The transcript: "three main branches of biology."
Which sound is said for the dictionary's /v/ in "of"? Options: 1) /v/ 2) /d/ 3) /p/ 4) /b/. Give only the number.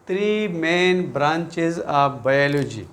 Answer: 3